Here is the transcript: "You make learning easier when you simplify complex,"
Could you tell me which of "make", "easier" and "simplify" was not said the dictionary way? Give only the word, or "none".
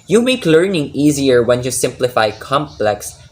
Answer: none